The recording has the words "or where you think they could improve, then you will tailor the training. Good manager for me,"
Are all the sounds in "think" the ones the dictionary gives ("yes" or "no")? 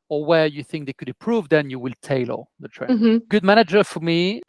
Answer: yes